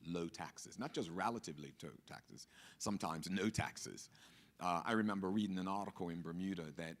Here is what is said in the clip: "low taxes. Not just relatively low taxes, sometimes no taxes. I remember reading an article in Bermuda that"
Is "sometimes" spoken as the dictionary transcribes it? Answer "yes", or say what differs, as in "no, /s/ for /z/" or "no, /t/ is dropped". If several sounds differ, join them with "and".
yes